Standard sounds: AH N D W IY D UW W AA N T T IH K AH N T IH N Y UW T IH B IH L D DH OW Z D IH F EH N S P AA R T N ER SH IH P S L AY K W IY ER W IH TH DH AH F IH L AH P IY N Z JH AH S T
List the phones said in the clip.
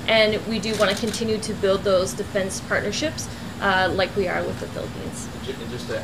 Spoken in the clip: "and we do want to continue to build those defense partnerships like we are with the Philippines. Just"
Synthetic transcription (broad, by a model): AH N W IY D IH W AA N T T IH K AH N T IH N Y UW T IH B IH L D DH OW Z D IH F EH N S P AA R T N ER SH IH P S L AY K W IY ER W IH DH AH F IH L AH P IY N Z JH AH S